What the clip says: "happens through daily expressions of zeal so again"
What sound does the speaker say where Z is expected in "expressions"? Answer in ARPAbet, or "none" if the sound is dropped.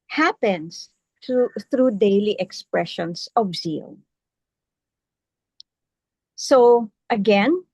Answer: S